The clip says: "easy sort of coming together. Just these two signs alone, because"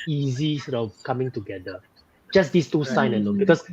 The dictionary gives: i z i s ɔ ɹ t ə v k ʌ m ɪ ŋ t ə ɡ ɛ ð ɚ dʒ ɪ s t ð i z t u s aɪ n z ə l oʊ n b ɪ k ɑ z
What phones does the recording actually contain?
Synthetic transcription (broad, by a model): i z i s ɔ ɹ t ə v k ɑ m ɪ ŋ t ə ɡ ɛ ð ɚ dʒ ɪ s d i s t u s aɪ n ə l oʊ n b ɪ k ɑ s